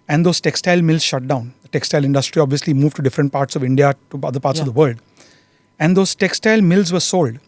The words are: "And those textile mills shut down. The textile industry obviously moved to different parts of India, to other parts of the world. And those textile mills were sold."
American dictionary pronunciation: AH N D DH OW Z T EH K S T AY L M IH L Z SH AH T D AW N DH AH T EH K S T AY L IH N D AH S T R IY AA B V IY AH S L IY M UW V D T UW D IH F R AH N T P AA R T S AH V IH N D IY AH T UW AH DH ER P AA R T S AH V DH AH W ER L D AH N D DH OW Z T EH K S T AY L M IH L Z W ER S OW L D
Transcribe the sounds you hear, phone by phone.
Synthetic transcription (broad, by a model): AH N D OW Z T EH K S T AY L M IH L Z SH AH T D AW N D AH T EH K S T AY L IH N D AH S T R IY AA B V IY AH S L IY M UW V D T UW D IH F R AH N T P AA R T S AH V IH N D IY AH T UW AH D ER P AA R T S AH V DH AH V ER L D AH N D OW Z T EH K S T AY L M IH L Z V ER S OW L D